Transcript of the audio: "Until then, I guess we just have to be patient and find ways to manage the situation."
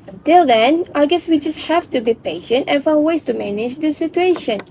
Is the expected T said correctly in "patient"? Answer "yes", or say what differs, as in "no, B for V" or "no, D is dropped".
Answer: yes